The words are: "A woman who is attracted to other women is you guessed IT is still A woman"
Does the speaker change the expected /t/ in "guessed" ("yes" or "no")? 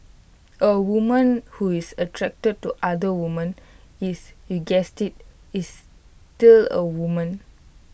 no